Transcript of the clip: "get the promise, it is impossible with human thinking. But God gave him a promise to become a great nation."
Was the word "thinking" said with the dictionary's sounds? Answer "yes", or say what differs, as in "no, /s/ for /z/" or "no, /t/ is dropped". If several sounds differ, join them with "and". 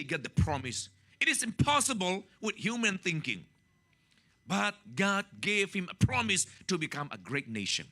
yes